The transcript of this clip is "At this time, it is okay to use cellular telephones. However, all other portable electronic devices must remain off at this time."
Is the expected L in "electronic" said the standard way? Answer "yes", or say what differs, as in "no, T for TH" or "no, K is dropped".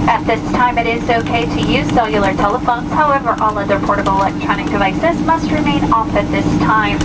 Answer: no, L is dropped